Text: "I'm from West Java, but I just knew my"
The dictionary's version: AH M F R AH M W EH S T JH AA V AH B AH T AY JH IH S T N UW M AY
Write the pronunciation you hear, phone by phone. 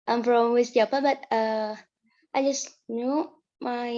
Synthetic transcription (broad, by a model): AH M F R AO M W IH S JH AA P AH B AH T AY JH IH S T N UW M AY